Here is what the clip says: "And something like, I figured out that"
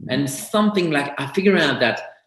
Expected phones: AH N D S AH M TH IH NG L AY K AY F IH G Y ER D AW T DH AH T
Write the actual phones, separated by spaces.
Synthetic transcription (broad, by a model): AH N S AH M TH IH NG L AY K AY F IH G Y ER AW T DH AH T